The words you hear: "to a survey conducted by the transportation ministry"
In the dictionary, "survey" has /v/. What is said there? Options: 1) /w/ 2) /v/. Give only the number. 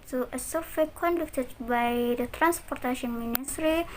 1